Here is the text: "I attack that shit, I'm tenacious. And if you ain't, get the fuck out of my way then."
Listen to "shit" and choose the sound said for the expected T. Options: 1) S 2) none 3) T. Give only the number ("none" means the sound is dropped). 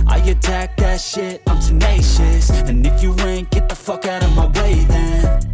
3